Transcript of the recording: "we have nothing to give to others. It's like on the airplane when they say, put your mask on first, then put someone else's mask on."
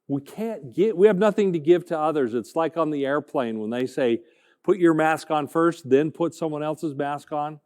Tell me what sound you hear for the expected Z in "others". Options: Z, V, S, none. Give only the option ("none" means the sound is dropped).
Z